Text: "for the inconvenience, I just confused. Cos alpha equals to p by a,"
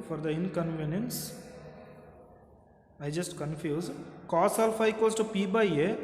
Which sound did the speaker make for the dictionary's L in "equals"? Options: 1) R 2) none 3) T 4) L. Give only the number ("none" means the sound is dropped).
2